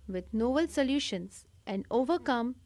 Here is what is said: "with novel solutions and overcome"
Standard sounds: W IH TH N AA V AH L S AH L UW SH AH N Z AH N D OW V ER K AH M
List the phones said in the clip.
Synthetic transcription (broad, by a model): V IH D N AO B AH L S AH L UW SH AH N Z AH N D OW V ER K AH M